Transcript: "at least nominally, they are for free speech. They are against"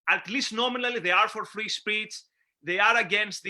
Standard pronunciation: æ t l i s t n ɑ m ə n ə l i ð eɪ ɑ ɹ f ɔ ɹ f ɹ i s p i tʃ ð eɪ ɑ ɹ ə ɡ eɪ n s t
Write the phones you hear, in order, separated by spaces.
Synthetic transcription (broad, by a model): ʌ t l i s t n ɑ m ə n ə l i ð eɪ ɑ ɹ f ɔ ɹ f ɹ i s p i s ð eɪ ɑ ɹ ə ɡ eɪ n s t